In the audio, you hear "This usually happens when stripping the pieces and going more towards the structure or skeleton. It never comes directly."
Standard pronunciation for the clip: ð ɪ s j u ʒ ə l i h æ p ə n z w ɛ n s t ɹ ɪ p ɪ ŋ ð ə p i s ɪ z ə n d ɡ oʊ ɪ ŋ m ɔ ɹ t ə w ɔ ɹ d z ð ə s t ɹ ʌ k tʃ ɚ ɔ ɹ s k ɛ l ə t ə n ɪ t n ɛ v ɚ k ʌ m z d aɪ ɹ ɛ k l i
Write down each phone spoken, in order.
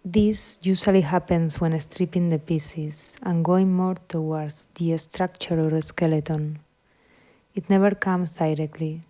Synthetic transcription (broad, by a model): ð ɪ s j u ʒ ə l i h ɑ p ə n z w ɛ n s t ɹ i p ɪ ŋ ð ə p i s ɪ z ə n ɡ oʊ ɪ ŋ m ɔ ɹ t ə w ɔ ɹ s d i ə s t ɹ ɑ k tʃ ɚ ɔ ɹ s k ɛ l ə t ə n ɪ t n ɛ v ɚ k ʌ m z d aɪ ɹ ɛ k l i